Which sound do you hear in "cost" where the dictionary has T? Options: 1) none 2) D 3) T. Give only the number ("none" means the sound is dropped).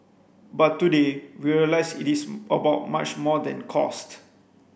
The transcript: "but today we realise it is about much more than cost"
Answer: 3